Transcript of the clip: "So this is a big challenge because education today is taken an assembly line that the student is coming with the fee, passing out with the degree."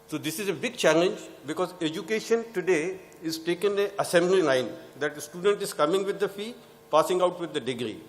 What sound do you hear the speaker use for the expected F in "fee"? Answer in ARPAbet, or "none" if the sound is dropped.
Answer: F